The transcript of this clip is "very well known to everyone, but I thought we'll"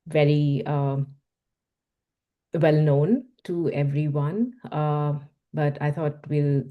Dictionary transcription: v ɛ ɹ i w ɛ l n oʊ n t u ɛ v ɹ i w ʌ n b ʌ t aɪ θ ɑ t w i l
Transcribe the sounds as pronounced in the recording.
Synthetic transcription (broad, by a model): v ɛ ɹ i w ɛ l n oʊ n t u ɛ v ɹ i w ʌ n b ʌ t aɪ t ɑ t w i l